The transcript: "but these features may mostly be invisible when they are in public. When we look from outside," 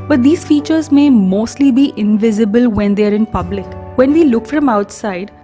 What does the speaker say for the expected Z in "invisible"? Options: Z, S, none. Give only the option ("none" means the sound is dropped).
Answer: Z